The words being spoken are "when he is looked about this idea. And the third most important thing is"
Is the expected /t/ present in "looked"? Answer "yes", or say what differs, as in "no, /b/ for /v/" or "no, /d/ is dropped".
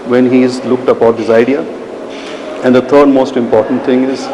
yes